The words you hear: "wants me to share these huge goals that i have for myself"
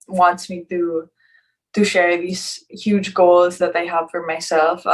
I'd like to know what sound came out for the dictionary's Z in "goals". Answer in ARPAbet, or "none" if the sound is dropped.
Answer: Z